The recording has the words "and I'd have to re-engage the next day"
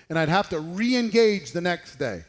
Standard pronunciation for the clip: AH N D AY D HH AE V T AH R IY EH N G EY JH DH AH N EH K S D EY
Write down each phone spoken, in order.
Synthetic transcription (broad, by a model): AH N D AY D HH AE F T AH R IY EH N G EY JH DH AH N EH K S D EY